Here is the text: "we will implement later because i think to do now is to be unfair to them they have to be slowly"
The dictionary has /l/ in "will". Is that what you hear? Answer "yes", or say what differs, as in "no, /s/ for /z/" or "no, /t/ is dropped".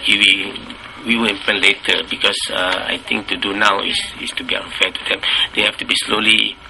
no, /w/ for /l/